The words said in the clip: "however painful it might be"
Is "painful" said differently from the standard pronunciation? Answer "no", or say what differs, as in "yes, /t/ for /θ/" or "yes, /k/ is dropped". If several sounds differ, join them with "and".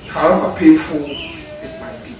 yes, /n/ is dropped